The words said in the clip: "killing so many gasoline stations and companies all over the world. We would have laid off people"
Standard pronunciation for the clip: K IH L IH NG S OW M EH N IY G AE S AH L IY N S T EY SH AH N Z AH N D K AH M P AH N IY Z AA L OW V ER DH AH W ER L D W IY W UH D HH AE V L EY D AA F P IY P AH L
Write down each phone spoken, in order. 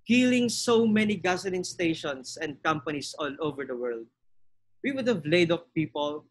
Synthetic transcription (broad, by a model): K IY L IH NG S OW M EH N IY G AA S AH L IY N S T EY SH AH N S AH N D K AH M P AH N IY S AA L OW V ER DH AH W ER L D W IY W UH D HH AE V L EY D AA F P IY P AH L